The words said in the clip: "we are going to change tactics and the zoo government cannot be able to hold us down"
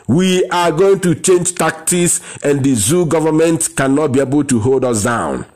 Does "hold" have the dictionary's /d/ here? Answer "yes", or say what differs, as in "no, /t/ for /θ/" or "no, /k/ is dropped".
yes